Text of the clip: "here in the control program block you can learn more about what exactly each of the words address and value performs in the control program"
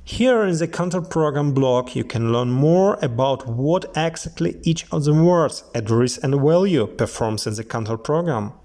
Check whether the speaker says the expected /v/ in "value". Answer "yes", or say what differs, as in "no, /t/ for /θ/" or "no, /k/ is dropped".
no, /w/ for /v/